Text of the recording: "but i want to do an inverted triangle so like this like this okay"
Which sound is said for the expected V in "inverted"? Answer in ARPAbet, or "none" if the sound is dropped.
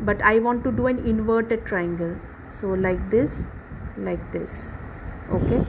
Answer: V